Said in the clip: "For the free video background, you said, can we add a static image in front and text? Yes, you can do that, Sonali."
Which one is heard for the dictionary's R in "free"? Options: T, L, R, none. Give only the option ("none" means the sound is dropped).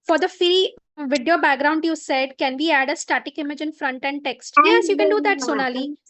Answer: none